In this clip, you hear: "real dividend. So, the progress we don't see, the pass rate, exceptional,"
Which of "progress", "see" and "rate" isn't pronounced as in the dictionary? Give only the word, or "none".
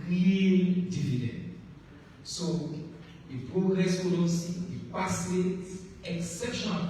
rate